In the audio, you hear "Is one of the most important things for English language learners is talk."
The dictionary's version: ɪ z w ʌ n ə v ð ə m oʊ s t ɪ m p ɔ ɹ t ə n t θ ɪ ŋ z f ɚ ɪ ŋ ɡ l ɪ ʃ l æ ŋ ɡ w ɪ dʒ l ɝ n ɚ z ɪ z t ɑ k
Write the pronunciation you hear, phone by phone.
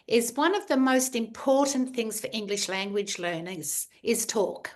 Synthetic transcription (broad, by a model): ɪ z w ʌ n ə v ð ə m oʊ s t ɪ m p ɔ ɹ t n θ ɪ ŋ z f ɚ ɪ ŋ ɡ l ɪ ʃ l æ ŋ ɡ w ɪ dʒ l ɝ n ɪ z ɪ z t ɑ k